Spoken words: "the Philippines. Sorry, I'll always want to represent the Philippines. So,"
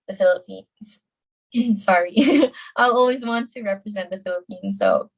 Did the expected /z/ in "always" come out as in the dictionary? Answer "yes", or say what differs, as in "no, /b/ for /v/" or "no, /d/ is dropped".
yes